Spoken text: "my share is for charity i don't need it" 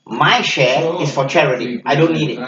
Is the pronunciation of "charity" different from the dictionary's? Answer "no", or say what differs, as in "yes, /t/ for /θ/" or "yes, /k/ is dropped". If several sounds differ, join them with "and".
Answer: no